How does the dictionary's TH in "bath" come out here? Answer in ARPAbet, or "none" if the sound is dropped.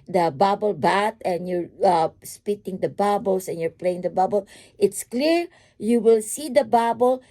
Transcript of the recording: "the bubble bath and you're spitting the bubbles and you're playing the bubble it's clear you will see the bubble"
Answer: T